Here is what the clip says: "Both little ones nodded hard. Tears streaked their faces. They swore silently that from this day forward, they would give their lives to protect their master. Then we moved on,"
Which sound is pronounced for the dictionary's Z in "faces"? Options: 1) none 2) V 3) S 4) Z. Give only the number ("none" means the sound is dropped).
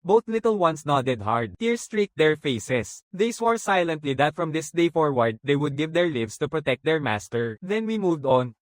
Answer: 3